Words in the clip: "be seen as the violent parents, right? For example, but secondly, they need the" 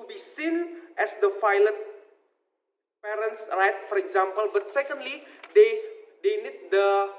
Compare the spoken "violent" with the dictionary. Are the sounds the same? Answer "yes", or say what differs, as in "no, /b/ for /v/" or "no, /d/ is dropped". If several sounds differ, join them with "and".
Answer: no, /f/ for /v/ and /n/ is dropped